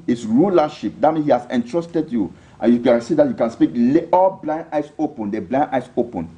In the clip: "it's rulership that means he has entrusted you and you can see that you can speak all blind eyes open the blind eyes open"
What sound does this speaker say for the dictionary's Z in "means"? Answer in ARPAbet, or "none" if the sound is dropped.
none